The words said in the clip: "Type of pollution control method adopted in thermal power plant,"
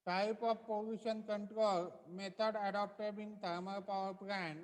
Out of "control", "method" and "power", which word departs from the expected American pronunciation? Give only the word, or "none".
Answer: method